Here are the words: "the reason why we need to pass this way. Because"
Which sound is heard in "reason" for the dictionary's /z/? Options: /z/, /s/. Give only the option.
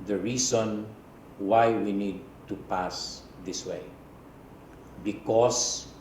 /s/